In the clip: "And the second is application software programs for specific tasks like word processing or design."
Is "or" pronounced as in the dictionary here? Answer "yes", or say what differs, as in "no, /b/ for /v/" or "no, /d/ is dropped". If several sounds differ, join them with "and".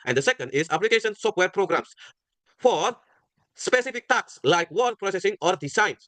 yes